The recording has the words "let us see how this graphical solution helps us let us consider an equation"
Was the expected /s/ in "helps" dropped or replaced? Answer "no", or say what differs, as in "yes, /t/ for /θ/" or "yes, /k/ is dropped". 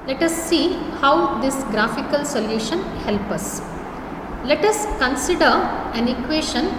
yes, /s/ is dropped